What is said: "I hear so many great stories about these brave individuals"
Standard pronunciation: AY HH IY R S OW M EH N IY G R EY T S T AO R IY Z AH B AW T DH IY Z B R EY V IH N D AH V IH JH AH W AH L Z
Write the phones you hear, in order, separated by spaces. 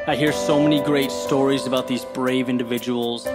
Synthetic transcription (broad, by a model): AY HH IY R S OW M EH N IY G R EY T S T AO R IY Z AH B AW T DH IY Z B R EY V IH N D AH V IH JH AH W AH L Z